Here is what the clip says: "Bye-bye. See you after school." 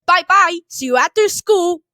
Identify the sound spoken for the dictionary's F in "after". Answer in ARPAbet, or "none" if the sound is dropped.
none